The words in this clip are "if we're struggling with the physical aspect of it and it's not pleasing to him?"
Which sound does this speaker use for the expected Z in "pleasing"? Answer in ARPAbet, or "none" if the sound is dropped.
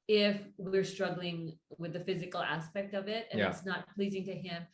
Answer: Z